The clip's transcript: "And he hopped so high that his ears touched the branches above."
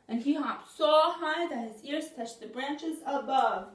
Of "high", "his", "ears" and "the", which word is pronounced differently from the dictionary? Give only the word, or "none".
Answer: none